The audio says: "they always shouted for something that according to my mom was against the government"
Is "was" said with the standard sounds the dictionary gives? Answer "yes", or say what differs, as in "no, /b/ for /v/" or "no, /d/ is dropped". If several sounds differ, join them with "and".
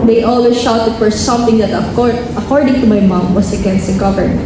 no, /s/ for /z/